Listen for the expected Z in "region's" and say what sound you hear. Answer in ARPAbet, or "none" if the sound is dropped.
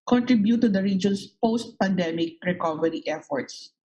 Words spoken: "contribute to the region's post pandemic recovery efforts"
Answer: S